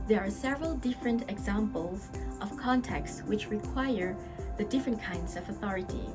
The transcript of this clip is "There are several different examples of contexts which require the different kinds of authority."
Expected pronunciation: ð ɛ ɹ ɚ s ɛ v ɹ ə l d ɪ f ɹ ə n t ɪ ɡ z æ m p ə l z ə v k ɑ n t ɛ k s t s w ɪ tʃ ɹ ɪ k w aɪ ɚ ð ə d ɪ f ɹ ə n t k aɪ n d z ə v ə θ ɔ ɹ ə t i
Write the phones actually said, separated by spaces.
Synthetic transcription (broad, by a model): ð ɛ ɹ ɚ s ɛ v ɹ ə l d ɪ f ɹ ə n t ɪ ɡ z æ m p ə l z ə v k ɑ n t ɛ k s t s w ɪ tʃ ɹ ɪ k w aɪ ɚ ð ə d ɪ f ɹ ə n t k aɪ n d z ə v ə θ ɔ ɹ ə t i